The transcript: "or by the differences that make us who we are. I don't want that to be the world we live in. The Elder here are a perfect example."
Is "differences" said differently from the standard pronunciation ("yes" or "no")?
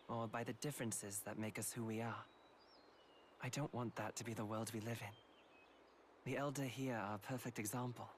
no